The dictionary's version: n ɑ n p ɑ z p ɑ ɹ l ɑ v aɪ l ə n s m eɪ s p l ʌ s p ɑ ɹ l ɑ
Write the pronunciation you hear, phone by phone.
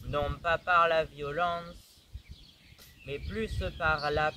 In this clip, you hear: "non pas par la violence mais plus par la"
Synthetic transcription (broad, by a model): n ɑ p ɑ p ɑ ɹ l ɑ v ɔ l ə s m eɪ p l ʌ s p ɑ ɹ l ɑ